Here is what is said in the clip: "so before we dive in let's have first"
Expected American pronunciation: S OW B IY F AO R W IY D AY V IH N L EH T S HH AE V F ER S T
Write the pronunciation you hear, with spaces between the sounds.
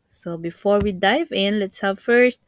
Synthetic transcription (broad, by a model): S OW B IY F AO R W IY D AY V IH N L EH T S HH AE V F ER S T